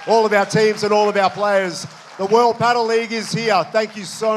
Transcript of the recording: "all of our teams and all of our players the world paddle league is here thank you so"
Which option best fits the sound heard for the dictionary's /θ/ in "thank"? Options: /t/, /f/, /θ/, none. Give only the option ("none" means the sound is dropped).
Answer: /θ/